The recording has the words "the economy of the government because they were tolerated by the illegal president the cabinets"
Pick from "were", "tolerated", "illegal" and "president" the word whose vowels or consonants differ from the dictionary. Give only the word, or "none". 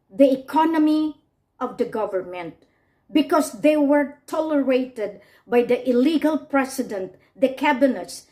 president